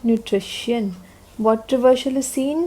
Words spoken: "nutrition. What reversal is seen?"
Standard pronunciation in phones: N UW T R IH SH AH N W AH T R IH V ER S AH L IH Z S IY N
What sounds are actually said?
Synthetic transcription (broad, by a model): N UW T R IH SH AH N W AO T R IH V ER SH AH L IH S IY N